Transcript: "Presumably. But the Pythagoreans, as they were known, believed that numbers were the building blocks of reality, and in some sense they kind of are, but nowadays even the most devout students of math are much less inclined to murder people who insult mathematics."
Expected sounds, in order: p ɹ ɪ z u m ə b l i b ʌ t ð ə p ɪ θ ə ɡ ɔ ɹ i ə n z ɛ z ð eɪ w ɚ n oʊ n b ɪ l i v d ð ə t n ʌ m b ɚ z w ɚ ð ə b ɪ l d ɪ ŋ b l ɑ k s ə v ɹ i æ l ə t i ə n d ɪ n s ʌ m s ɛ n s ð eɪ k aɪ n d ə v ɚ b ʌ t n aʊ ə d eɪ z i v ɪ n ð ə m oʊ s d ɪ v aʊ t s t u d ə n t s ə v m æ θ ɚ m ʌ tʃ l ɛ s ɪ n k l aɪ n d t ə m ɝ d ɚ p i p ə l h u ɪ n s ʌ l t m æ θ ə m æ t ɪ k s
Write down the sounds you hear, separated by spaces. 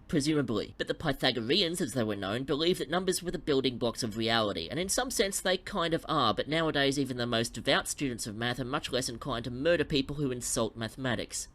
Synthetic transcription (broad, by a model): p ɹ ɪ z u m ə b l i b ʌ t ð ə p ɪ θ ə ɡ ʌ ɹ i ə n z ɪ z ð eɪ w ɚ n oʊ n b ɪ l i v ð ə t n ʌ m b ɚ z w ɚ ð ə b ɪ l d ɪ ŋ b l ɑ k s ə v ɹ i æ l ə t i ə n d ɪ n s ʌ m s ɛ n s ð eɪ k aɪ n d ə v ɚ b ʌ t n aʊ ə d eɪ z i v ɪ n ð ə m oʊ s d ɪ v aʊ t s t u d n t s ə v m æ θ ɚ m ʌ tʃ l ɛ s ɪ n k aɪ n t ə m ɝ d ɚ p i p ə l h u ɪ n s ʌ l t m æ θ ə m æ t ɪ k s